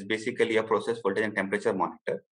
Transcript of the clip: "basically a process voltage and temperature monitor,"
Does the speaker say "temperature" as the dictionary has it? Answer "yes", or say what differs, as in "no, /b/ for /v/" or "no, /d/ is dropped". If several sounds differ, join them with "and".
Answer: yes